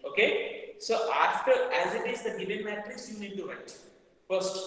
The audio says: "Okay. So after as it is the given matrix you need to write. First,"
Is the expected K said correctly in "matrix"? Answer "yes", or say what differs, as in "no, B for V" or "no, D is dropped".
no, K is dropped